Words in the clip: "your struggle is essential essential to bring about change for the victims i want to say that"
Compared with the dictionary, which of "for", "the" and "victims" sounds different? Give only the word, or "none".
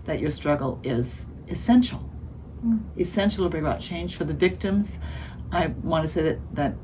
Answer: none